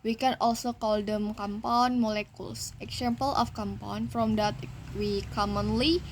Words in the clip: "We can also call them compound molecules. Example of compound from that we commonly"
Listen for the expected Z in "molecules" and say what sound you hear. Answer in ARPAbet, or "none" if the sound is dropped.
S